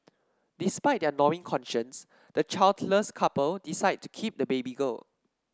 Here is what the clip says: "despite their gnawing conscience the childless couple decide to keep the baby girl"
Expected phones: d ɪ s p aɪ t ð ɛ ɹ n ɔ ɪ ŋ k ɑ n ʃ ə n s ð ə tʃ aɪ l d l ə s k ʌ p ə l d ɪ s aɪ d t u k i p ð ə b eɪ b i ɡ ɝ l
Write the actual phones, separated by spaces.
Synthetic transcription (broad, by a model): d ɪ s p aɪ t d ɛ n ɔ ɪ ŋ k ɑ n ʃ ə n s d ə tʃ aɪ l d l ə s k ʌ p ə l d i s aɪ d t u k i p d ə b eɪ b i ɡ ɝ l